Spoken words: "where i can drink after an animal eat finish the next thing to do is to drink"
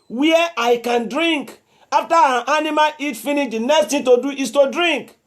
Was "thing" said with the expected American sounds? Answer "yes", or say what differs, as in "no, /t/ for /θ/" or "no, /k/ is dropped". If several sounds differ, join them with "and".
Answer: no, /t/ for /θ/